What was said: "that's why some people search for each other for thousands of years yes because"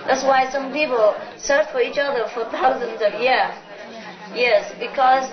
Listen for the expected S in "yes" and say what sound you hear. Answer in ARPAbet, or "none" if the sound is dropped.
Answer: S